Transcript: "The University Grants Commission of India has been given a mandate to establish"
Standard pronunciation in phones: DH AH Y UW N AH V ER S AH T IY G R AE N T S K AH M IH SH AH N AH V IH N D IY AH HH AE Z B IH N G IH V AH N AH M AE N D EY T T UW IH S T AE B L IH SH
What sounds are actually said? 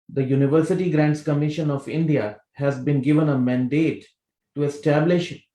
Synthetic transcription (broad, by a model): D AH Y UW N AH V ER S AH T IY G R AE N T S K AH M IH SH AH N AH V IH N D IY AH HH AE Z B IH N G IH V AH N AH M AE N D EY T T UW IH S T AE B L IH SH